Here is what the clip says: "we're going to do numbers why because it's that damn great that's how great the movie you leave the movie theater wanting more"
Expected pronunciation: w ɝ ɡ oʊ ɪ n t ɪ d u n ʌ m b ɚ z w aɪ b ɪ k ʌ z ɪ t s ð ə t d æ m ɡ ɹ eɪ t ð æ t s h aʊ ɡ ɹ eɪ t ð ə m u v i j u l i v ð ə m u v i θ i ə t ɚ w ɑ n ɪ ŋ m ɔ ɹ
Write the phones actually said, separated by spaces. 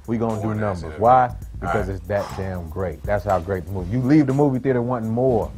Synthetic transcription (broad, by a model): w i ɡ oʊ ɪ n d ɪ n ʌ m b ɚ z w aɪ b ɪ k ʌ z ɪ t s ð ə t d æ m ɡ ɹ eɪ t ð æ t s h aʊ ɡ ɹ eɪ t ð ə m u v i j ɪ l i v ð ə m u v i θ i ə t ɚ w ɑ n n m ɔ ɹ